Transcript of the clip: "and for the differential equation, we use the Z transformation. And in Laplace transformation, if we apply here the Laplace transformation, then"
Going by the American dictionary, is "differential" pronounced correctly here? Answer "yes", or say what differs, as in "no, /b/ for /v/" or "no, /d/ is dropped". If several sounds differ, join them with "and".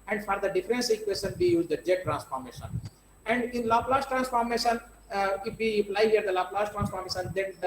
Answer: no, /s/ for /ʃ/